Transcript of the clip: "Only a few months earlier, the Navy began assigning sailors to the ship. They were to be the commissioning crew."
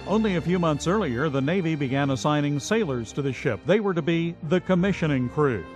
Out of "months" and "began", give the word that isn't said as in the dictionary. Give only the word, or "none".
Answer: none